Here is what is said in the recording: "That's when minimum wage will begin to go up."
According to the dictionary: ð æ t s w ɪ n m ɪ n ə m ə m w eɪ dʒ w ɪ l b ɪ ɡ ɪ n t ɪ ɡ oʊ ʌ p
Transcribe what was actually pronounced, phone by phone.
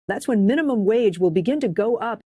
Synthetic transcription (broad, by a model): ð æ t s w ɪ n m ɪ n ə m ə m w eɪ dʒ w ɪ l b ɪ ɡ ɪ n t ɪ ɡ oʊ ʌ p